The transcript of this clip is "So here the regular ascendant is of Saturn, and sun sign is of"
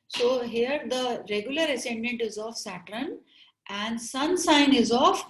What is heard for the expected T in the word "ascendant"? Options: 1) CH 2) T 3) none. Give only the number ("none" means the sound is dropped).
2